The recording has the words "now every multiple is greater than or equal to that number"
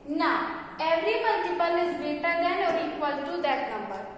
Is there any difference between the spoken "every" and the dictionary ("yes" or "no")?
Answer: no